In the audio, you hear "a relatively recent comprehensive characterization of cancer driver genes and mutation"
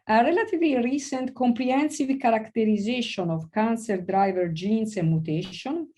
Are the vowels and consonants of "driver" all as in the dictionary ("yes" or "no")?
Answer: yes